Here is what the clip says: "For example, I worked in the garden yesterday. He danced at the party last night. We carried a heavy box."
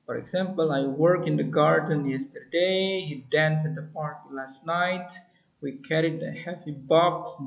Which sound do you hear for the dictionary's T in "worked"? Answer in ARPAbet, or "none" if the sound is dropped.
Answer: none